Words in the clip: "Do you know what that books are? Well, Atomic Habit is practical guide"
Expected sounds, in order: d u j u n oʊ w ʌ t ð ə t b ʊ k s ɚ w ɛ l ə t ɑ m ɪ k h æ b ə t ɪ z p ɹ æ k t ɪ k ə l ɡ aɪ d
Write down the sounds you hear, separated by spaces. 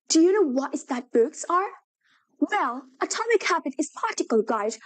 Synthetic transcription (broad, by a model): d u j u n oʊ w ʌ t ð ə t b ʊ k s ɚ w ɛ l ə t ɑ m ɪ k h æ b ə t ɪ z p ɑ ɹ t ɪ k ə l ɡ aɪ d